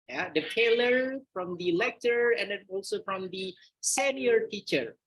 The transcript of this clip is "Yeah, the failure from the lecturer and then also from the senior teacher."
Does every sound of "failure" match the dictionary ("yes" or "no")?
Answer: no